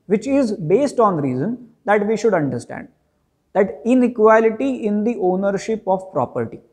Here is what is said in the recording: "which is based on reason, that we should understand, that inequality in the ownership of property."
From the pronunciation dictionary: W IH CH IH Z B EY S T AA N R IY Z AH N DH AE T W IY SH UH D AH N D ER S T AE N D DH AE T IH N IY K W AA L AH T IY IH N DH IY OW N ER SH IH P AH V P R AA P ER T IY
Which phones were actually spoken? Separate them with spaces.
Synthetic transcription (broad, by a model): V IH CH IH Z B EY S T AA N R IY Z AH N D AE T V IY SH UH D AH N D ER S T AE N D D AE T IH N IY K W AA L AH T IY IH N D IY OW N ER SH IH P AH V P R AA P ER T IY